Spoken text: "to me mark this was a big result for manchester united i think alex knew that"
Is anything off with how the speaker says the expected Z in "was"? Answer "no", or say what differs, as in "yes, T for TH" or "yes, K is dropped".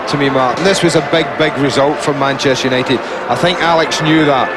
no